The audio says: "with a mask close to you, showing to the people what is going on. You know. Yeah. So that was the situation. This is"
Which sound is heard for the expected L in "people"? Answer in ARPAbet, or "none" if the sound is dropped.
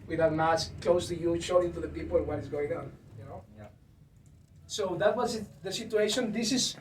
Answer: N